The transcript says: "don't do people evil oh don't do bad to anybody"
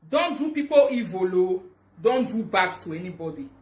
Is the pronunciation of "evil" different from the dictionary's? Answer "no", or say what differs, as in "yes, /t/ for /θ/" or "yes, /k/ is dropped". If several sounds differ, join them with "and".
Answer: no